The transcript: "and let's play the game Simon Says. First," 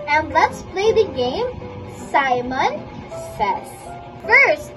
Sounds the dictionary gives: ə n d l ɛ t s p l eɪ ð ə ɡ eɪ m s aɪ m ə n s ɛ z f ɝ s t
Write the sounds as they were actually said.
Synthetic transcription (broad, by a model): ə n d l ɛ t s p l eɪ ð ə ɡ eɪ m s aɪ m ə n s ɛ s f ɝ s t